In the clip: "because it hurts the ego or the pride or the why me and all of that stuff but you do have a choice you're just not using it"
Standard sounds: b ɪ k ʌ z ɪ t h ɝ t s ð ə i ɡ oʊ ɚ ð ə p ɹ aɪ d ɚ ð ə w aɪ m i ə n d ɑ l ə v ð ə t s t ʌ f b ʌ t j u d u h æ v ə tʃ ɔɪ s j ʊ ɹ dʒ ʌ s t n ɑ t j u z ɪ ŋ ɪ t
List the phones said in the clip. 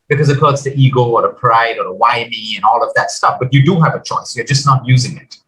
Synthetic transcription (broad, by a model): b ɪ k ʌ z ɪ t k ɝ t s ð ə i ɡ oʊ ɚ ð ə p ɹ aɪ d ɚ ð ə w aɪ m i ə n ɑ l ə v ð ə t s t ʌ f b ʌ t j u d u h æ v ə tʃ ɔɪ s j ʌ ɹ dʒ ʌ s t n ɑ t j u z ɪ ŋ ɪ t